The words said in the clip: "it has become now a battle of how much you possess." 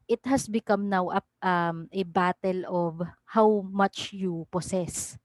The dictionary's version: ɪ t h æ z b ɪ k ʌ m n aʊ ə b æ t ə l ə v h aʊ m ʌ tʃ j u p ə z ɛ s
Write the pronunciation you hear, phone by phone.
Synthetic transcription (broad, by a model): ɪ t h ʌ s b ɪ k ʌ m n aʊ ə b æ t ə l ə v h aʊ m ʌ tʃ j u p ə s ɛ s